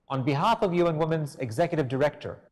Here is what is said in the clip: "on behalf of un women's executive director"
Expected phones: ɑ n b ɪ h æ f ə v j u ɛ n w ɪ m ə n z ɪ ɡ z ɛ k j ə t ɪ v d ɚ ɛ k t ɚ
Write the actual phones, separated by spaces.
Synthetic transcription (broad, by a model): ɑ n b ɪ h æ f ə v j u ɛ n w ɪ m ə n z ɪ ɡ z ɛ k j ə t ɪ v d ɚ ɛ k t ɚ